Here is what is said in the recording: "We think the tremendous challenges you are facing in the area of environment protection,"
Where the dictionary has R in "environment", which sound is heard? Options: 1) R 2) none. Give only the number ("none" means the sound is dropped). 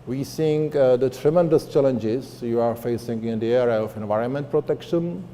1